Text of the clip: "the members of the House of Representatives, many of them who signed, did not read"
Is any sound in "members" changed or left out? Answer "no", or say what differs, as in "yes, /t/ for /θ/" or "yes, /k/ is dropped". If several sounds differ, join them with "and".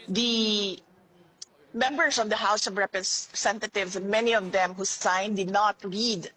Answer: yes, /s/ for /z/